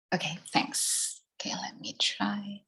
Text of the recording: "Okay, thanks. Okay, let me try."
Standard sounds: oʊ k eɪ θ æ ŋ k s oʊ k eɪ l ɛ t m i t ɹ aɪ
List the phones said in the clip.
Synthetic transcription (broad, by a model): oʊ k eɪ θ æ ŋ k s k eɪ l ɛ t m i t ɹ aɪ